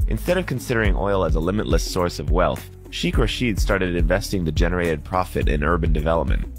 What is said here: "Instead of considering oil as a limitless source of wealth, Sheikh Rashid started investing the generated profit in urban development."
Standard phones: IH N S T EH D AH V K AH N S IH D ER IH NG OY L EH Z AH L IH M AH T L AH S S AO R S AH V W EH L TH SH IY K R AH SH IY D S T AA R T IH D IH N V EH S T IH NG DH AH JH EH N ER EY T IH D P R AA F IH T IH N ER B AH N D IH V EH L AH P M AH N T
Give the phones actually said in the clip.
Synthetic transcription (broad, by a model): IH N S T EH D AH V K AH N S IH D ER IH NG OY L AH Z AH L IH M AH T L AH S S AO R S AH V W EH L TH SH IY K R AH SH IY D S T AA R T IH D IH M V EH S T IH NG DH AH JH EH N ER EY T IH D P R AA F IH T IH N ER B AH N D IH V EH L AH P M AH N T